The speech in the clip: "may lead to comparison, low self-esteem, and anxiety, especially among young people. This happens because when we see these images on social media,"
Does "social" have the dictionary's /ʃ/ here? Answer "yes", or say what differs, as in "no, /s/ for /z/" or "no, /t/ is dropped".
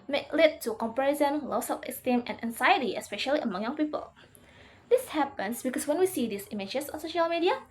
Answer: yes